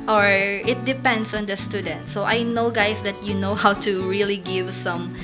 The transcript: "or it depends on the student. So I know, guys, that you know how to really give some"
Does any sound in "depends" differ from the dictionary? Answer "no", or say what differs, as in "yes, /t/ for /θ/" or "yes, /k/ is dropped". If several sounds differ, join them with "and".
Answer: yes, /s/ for /z/